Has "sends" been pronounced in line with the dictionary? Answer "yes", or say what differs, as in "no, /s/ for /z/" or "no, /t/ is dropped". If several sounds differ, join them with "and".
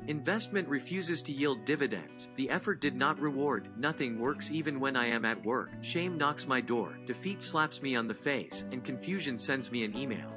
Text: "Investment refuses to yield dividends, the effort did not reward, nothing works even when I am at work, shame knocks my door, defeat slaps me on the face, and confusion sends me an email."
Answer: yes